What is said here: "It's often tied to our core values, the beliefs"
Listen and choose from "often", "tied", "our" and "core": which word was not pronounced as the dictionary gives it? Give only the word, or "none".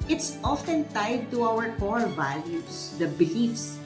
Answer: core